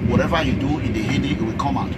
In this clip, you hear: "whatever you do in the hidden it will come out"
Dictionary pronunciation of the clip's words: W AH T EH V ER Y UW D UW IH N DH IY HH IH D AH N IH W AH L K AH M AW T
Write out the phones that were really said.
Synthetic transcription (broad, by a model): W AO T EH V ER Y UW D UW IH N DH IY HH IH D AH IH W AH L K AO M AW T